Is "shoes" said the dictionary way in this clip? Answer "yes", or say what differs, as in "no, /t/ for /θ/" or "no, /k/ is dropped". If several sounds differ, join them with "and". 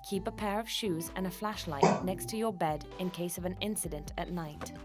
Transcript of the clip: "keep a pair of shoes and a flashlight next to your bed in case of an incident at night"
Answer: yes